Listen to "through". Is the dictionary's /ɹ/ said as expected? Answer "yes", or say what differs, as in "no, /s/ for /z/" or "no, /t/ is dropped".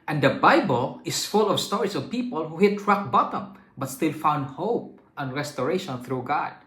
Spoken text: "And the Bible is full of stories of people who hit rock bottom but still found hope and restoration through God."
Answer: yes